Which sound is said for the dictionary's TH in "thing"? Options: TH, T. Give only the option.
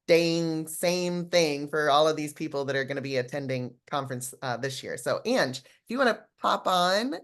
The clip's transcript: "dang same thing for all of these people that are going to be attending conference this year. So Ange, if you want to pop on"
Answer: TH